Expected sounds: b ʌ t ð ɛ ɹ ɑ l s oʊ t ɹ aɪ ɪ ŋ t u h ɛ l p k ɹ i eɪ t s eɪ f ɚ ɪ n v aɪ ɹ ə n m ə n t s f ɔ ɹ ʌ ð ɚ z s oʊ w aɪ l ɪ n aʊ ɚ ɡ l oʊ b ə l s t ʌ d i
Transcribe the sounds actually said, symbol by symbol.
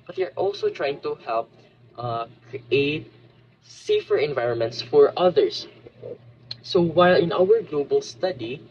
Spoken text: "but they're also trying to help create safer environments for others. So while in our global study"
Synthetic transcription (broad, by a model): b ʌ t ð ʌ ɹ ɑ l s oʊ t ɹ aɪ ɪ ŋ t u h ɛ l p k ɹ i eɪ t s eɪ f ɚ ɪ n v aɪ ɹ ə n m ə n t s f ɔ ɹ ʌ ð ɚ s s oʊ w aɪ l ɪ n aʊ ɚ ɡ l oʊ b ə l s t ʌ d i